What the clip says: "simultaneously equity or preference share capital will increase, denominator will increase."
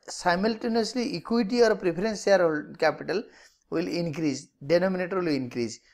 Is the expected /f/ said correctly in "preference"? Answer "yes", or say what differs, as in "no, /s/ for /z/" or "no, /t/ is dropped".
no, /p/ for /f/